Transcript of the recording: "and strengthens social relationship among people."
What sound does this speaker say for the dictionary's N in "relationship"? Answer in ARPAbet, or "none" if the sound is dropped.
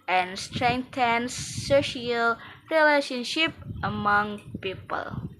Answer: N